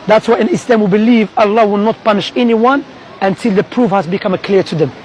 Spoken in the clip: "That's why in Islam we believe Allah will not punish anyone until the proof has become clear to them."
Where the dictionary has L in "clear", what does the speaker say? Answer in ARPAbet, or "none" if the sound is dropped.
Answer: L